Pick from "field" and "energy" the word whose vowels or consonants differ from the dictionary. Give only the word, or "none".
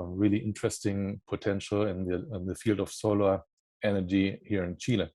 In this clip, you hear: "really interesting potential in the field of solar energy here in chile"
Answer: none